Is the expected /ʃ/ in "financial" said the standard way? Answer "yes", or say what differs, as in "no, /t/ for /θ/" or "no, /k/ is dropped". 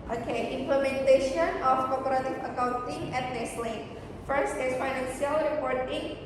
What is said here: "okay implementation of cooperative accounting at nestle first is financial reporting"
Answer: no, /s/ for /ʃ/